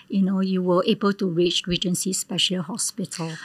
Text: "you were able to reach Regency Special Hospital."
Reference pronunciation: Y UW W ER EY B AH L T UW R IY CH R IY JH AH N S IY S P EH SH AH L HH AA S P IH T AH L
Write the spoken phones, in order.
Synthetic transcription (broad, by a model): Y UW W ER EY B AH L T UW R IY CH R IY JH AH N S IY S P EH SH AH L HH AA S P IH T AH L